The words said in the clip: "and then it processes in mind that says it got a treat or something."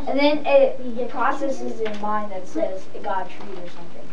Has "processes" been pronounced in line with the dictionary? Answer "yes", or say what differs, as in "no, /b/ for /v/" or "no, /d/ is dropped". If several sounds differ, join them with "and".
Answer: yes